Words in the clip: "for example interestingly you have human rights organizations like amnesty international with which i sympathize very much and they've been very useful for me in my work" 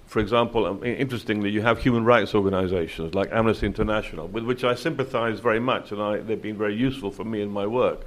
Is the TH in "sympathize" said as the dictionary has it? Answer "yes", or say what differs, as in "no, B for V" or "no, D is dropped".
yes